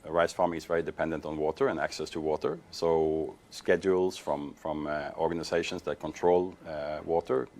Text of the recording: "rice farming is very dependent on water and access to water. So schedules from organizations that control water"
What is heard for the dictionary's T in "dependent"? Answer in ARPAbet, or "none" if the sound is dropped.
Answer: T